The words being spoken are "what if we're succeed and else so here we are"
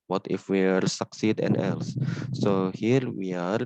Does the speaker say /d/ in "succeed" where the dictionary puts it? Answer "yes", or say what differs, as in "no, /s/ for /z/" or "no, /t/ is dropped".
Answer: yes